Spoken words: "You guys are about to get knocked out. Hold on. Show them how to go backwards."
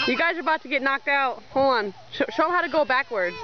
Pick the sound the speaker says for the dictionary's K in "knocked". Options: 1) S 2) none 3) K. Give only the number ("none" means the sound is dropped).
3